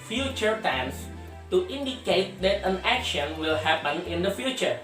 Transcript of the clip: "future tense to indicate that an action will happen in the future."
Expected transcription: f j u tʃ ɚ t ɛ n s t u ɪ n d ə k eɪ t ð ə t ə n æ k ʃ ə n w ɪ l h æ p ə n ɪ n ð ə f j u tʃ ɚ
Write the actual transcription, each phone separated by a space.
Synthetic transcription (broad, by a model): f j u tʃ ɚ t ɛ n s t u ɪ n d ə k eɪ t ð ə t ə n æ k ʃ ə n w ɪ l h æ p ə n ɪ n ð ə f j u tʃ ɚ